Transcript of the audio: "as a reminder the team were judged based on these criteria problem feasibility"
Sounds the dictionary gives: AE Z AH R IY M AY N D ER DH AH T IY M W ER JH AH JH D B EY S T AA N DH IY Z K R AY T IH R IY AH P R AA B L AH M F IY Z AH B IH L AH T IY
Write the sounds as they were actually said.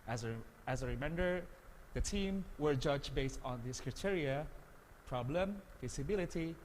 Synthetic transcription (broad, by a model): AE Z AH R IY M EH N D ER DH AH T IY M W ER JH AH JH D B EY S T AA N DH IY S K R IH T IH R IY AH P R AA B L AH M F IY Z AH B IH L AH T IY